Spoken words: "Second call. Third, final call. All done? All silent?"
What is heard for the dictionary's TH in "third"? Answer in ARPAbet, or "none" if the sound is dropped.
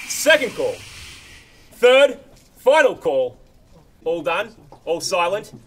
TH